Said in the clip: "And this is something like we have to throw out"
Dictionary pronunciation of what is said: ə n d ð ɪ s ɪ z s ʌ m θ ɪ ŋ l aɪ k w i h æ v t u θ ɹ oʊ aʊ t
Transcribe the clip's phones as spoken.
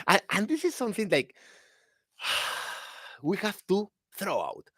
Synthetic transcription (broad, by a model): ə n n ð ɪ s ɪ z s ʌ m θ ɪ ŋ l aɪ k w i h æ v t u θ ɹ oʊ aʊ t